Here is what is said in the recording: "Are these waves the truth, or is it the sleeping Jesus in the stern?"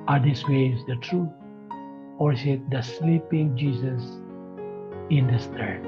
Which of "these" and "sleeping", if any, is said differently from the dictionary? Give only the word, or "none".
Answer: these